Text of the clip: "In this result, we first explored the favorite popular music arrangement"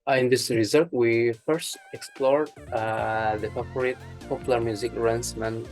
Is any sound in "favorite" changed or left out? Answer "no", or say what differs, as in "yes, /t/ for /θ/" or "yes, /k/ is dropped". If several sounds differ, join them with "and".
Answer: yes, /p/ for /f/ and /p/ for /v/